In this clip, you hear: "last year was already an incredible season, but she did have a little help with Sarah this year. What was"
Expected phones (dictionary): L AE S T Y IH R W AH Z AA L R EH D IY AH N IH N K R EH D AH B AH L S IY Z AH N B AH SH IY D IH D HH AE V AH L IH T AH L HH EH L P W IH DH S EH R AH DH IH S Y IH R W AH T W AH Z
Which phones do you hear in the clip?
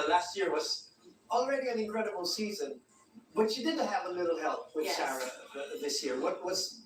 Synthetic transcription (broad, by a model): L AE S T Y IH R W AH Z AA L R EH D IY AH N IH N K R EH D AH B L S IY Z AH N B AH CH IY D IH D HH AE V AH L IH T L HH EH L P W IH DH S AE R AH DH IH S Y IH R W AH T W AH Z